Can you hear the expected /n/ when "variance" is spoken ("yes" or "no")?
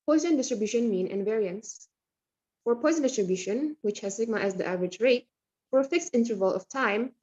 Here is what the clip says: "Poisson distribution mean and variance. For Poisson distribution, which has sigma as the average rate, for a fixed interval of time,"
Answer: yes